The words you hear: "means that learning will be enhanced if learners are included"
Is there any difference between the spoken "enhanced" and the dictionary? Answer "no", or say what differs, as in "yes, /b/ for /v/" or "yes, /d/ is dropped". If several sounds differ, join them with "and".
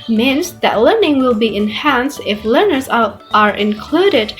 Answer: no